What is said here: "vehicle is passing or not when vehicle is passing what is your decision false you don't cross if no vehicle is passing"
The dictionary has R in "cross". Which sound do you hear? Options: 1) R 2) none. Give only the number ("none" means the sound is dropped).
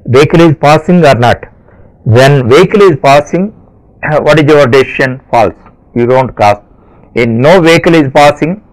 2